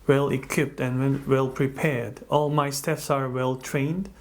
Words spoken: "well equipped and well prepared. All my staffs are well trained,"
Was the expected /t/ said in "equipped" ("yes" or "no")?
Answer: yes